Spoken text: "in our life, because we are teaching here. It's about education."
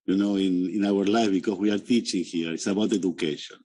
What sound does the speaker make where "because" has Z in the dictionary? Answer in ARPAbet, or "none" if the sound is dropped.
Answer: S